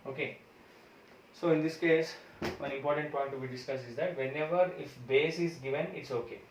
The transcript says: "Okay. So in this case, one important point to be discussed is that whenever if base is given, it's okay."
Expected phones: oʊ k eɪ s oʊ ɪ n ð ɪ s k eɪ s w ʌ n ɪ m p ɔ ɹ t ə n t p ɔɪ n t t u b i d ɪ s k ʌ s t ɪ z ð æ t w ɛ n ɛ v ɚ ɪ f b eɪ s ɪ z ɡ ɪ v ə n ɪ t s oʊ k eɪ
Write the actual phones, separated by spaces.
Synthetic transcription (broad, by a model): oʊ k eɪ s oʊ ɪ n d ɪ s k eɪ s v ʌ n ɪ m p ɔ ɹ t ə n t p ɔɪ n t t u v i d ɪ s k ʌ s ɪ z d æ t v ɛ n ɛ v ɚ ɪ f b eɪ s ɪ z ɡ ɪ v ə n ɪ t s oʊ k eɪ